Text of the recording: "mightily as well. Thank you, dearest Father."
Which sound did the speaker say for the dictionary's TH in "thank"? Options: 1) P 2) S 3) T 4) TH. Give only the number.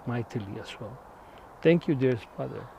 3